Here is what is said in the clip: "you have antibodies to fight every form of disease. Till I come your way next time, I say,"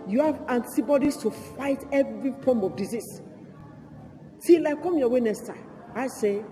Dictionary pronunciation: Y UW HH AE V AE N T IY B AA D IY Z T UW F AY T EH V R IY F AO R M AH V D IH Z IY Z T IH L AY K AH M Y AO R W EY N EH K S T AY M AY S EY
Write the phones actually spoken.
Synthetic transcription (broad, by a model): Y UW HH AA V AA N T IY B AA D IY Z T UW F AY T EH V R IY F AO M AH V D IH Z IY S T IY L AY K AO M Y AO W EY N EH S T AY AY S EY